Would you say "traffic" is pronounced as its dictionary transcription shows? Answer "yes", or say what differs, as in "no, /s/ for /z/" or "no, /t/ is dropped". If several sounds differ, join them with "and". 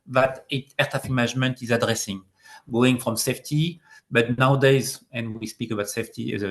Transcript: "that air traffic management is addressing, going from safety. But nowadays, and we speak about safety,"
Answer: no, /ɹ/ is dropped